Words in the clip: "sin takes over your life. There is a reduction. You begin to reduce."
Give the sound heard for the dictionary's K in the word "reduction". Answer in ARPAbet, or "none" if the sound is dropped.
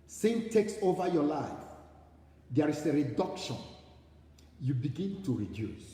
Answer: K